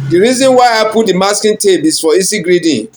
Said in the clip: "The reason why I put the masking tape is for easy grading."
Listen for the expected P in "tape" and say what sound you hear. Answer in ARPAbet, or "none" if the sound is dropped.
B